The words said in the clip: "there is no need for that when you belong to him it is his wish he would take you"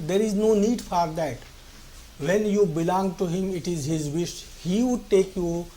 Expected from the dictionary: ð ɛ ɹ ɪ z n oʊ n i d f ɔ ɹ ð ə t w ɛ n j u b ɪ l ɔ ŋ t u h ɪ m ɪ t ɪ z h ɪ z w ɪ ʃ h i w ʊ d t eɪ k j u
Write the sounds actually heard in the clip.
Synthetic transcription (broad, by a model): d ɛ ɹ ɪ z n oʊ n i d f ɔ ɹ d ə t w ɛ n j u b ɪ l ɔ ŋ t u h ɪ m ɪ t ɪ z h ɪ z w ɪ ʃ h i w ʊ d t eɪ k j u